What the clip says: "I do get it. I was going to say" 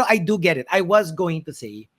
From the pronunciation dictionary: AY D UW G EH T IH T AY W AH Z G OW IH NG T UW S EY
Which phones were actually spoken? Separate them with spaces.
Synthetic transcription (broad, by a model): AY D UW G EH T IH T AY W AH Z G OW IH NG T UW S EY